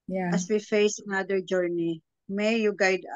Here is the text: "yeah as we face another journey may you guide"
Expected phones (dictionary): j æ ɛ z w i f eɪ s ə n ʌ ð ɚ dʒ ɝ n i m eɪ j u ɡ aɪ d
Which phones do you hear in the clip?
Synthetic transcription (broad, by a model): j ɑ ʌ s w i f eɪ s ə n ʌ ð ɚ dʒ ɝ n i m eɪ j u ɡ aɪ d